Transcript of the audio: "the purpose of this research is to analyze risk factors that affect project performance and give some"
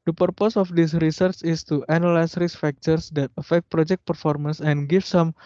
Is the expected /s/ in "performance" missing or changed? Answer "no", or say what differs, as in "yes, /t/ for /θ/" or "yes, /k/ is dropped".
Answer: no